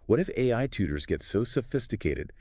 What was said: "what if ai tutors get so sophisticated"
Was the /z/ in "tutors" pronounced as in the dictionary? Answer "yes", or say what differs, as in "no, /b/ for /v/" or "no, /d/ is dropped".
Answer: yes